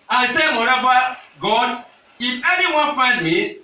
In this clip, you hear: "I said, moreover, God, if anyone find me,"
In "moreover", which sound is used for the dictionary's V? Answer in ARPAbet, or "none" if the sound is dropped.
B